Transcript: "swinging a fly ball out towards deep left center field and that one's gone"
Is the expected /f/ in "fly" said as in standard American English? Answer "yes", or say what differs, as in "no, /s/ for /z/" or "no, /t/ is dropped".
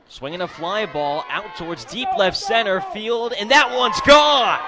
yes